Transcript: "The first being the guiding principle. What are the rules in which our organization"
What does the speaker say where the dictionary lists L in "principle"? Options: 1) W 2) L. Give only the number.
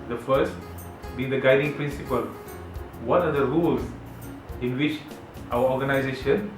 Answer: 2